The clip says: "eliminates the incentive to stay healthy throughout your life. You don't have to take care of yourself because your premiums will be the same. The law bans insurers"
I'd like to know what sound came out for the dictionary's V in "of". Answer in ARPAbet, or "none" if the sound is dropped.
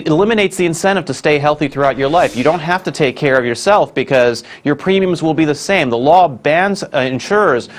V